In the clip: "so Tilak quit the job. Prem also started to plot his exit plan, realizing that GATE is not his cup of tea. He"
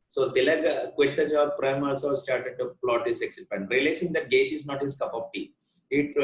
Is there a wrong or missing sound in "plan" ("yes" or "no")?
yes